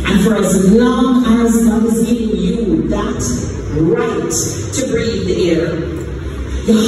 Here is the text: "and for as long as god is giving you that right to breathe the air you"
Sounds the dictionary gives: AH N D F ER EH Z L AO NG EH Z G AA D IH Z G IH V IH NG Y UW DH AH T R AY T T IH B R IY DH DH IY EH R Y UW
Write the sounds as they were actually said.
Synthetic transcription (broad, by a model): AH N F ER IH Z L AO NG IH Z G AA IH Z G IH V IH NG Y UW DH AH T R AY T T IH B R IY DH DH IY EH R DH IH